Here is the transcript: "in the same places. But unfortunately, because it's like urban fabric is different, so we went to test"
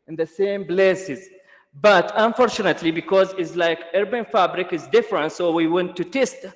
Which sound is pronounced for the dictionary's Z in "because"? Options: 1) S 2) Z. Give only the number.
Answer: 2